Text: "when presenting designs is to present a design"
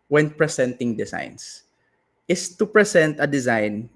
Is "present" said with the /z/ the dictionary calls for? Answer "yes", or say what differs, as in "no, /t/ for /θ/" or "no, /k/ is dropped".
no, /s/ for /z/